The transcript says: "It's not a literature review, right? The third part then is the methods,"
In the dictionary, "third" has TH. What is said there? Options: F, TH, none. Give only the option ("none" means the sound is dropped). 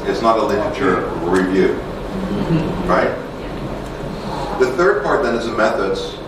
TH